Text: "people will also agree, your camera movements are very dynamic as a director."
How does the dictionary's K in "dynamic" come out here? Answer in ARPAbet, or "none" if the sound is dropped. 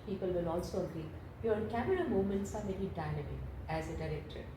none